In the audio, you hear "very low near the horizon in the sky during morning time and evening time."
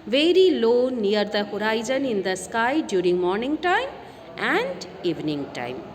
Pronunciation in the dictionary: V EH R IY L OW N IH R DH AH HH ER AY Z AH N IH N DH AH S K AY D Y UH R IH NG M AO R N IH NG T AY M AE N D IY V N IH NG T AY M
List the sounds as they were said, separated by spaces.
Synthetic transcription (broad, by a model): V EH R IY L OW N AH R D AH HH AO AY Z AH N IH N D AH S K AY D Y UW R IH NG M AO R N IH NG T AY M AE N D IY V N IH NG T AY M